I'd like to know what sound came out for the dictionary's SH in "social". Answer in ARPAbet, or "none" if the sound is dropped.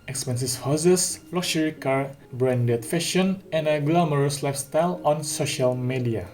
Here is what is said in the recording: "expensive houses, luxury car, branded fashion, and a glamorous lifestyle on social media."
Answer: SH